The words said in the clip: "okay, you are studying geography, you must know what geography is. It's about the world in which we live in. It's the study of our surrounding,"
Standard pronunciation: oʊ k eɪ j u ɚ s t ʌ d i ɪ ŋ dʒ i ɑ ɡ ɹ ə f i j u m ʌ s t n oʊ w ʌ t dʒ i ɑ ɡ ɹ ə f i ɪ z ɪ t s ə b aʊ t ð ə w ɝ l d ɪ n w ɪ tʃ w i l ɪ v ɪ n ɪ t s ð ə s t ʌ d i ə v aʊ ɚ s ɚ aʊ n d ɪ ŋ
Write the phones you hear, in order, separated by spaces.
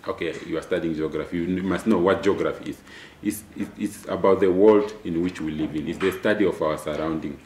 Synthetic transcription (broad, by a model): oʊ k eɪ j u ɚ s t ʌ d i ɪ ŋ dʒ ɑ ɡ ɹ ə f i j u m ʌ s t n oʊ w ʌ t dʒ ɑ ɡ ɹ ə f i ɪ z ɪ t s ə b aʊ t ð ə w ɝ l d ɪ n w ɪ tʃ w i l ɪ v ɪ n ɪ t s ð ə s t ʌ d i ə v aʊ ɚ s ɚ aʊ n d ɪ ŋ